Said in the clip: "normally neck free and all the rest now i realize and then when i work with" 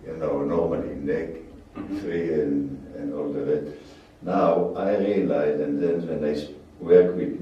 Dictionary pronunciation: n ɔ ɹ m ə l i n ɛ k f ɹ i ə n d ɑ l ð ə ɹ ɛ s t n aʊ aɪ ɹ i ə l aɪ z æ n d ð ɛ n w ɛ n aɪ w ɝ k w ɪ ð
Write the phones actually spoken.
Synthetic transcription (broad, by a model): n ɔ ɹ m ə l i n ɛ k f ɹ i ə n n ɑ l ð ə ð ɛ t n aʊ aɪ ɹ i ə l aɪ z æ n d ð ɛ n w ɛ n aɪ w ɝ k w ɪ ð